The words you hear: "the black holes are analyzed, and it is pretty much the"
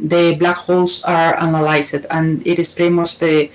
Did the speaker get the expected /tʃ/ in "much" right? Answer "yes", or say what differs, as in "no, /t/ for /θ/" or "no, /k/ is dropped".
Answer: no, /s/ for /tʃ/